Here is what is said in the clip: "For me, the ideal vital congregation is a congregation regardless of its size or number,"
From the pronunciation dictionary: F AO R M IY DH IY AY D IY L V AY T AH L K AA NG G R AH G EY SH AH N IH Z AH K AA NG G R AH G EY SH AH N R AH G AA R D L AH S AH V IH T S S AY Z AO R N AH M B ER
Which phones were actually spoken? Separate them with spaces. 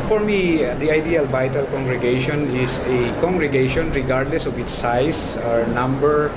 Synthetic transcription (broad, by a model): F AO R M IY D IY AY D IY L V AY T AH L K AA NG G R AH G EY SH AH N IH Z AH K AA NG G R AH G EY SH AH N R AH G AA R D L AH S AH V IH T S S AY S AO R N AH M B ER